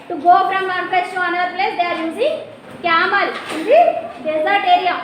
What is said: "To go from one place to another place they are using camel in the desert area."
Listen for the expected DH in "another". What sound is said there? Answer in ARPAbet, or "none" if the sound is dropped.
none